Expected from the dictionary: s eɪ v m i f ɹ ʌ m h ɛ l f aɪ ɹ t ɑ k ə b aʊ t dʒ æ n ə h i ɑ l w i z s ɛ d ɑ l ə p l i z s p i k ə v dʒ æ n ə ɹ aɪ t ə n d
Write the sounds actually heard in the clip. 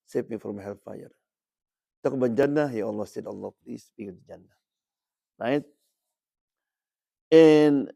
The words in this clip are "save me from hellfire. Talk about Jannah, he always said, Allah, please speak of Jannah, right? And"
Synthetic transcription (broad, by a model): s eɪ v m i f ɹ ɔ m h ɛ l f aɪ ɹ t ɑ k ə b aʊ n dʒ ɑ n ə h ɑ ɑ l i s ɛ d ɑ l ə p l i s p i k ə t dʒ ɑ n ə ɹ aɪ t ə n